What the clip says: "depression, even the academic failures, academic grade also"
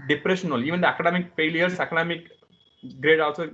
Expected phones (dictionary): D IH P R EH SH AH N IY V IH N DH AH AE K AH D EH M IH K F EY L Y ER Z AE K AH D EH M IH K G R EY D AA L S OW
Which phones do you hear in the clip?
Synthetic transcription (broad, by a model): D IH P R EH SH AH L IY V IH N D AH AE K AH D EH M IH K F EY L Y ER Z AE K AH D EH M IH K G R EY D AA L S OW